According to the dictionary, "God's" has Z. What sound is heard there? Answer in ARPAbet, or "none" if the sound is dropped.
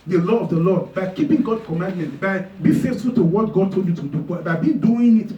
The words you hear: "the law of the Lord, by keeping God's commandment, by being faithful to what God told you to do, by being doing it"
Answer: none